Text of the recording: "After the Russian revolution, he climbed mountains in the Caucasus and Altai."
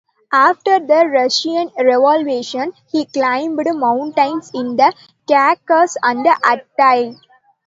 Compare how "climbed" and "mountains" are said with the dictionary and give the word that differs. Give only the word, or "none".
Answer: mountains